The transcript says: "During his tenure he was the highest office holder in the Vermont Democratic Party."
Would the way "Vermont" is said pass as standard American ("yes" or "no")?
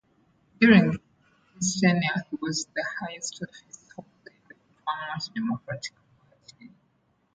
no